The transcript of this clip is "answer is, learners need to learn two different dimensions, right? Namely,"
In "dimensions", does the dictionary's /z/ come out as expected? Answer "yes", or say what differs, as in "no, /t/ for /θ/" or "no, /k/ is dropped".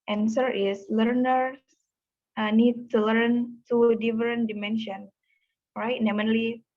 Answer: no, /z/ is dropped